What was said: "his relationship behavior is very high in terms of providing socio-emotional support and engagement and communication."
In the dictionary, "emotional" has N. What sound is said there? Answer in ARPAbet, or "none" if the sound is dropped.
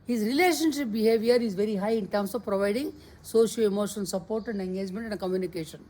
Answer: none